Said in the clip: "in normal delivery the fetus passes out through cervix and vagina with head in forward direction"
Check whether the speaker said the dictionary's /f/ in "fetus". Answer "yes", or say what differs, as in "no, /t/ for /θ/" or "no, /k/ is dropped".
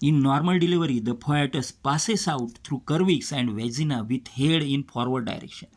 no, /p/ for /f/